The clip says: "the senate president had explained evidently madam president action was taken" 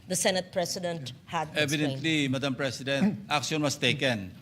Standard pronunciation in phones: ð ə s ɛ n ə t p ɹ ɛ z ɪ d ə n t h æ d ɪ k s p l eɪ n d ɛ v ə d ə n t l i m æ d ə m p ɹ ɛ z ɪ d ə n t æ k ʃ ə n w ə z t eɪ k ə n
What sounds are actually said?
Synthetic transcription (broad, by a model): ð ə s ɛ n ə t p ɹ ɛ s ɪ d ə n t h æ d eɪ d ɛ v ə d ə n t l i m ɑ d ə m p ɹ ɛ s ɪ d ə n t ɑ k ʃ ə n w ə s t eɪ k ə n